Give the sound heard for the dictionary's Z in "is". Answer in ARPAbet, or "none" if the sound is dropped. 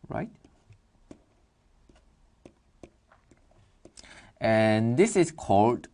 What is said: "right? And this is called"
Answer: S